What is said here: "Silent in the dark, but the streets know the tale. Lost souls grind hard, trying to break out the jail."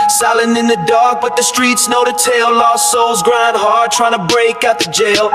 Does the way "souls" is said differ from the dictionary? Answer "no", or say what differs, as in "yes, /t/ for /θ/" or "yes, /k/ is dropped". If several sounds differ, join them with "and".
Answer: no